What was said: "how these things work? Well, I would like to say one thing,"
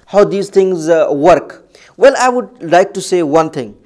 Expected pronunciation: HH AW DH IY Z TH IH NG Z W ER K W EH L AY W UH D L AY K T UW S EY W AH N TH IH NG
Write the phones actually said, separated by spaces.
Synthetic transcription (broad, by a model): HH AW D IY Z T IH NG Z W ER K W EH L AY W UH D L AY K T UW S EY W AH N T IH NG